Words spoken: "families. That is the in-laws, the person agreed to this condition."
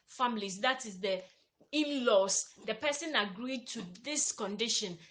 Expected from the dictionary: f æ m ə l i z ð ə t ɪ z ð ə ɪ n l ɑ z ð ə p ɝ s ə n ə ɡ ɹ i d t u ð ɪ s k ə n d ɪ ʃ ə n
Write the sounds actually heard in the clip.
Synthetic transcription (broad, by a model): f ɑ m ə l i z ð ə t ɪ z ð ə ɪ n l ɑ s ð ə p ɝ s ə n ə ɡ ɹ i d t u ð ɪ s k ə n d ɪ ʃ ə n